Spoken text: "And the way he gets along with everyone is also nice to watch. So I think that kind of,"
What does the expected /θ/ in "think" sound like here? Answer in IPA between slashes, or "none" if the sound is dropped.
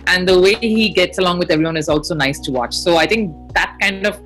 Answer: /t/